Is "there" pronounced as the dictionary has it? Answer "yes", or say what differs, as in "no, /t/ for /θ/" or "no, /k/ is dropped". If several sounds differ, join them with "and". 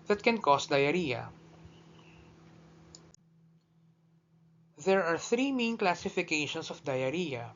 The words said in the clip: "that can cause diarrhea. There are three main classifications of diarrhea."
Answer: yes